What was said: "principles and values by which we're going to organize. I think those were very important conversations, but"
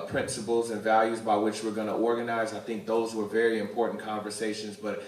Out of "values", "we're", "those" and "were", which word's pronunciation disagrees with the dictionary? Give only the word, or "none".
none